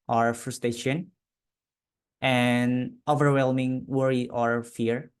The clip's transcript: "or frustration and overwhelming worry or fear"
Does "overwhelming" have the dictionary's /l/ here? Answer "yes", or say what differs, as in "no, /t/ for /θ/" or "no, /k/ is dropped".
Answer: yes